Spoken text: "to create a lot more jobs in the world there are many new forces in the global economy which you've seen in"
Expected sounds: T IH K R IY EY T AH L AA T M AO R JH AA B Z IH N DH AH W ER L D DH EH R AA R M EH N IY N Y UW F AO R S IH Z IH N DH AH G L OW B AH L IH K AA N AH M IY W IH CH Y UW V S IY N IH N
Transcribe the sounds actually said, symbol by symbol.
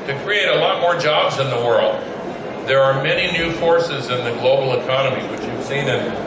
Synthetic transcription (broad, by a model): T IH K R IY EY T AH L AA T M AO R JH AA B Z IH N DH AH W ER L D DH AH R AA R M EH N IY N Y UW F AO R S IH Z IH N DH AH G L OW B L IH K AA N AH M IY W IH CH Y UW V S IY N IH N